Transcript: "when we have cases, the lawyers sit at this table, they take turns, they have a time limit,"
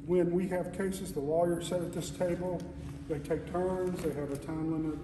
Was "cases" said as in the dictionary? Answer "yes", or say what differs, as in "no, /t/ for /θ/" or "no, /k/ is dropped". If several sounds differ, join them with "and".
yes